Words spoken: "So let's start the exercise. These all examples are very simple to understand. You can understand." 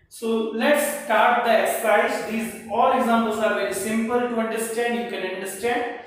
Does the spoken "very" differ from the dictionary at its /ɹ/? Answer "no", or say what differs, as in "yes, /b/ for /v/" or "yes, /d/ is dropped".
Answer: no